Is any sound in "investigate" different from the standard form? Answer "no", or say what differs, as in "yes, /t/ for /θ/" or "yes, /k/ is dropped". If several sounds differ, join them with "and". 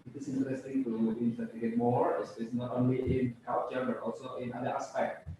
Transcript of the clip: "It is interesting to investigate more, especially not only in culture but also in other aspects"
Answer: yes, /s/ is dropped